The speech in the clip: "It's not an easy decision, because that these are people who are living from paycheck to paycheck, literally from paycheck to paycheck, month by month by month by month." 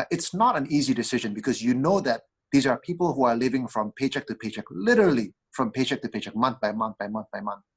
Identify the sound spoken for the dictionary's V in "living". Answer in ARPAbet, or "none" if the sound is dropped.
V